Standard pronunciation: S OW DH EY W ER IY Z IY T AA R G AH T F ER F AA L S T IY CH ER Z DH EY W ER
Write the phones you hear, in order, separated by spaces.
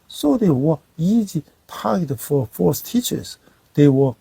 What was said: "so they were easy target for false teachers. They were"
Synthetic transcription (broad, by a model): S OW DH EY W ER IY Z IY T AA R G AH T F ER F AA S T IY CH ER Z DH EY W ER